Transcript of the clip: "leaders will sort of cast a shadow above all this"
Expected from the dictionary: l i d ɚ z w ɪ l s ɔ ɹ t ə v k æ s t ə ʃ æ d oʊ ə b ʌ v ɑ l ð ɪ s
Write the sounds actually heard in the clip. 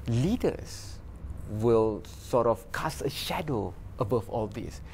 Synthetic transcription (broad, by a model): l i d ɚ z w ɪ l s ɔ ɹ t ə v k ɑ s ə ʃ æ d oʊ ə b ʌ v ɑ l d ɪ s